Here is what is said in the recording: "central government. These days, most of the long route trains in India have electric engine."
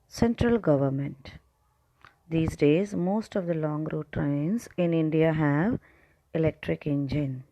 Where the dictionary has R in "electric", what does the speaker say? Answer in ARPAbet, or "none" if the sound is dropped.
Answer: R